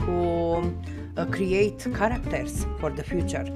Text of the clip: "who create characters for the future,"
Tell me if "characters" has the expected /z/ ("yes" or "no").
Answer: no